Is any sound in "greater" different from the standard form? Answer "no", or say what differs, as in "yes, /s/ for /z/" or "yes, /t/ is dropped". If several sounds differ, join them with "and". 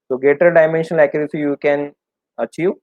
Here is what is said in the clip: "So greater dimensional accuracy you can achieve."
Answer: yes, /ɹ/ is dropped